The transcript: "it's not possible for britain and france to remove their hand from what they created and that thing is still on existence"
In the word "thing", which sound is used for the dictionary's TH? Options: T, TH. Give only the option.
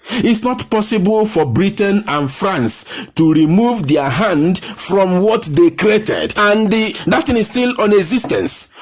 T